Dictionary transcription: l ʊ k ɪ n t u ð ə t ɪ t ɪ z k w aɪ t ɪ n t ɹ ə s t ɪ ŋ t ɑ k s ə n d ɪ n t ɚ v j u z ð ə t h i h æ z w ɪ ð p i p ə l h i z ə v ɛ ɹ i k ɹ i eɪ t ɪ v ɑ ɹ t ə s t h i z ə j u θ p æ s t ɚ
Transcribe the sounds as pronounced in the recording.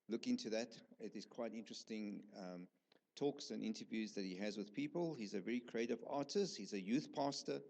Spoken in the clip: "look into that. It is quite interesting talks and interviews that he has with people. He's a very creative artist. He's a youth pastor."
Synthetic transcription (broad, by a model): l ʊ k ɪ n t u ð ə t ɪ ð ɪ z k w aɪ t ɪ n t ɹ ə s t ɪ ŋ t ɑ k s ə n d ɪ n t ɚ v j u z ð ə t h i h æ z w ɪ ð p i p ə l h i z ə v ɛ ɹ i k ɹ i eɪ t ɪ v ɑ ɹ t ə s t h i z ə j u θ p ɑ s t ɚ